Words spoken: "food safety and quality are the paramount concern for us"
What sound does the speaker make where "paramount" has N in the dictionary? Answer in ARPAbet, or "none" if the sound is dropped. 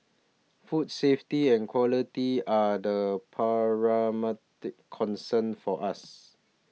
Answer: none